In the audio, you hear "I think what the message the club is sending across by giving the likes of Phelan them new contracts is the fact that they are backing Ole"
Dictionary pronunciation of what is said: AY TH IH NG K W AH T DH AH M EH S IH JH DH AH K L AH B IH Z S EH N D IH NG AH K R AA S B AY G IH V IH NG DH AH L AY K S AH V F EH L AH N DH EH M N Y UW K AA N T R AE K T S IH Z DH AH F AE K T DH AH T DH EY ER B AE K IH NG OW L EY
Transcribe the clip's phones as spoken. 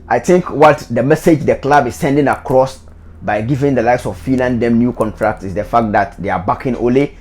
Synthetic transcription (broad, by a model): AY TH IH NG K W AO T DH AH M EH S IH JH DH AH K L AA B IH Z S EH N D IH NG AH K R AA S B AY G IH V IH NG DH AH L AY K S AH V F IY L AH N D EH M N Y UW K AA N T R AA K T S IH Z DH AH F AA K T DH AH T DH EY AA B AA K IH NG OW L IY